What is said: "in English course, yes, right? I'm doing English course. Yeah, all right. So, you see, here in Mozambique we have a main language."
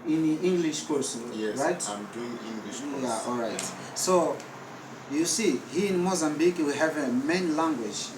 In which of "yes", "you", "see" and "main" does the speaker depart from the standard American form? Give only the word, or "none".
yes